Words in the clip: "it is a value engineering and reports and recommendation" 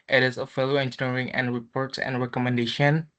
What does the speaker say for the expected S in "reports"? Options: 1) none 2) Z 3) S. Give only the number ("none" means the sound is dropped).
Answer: 3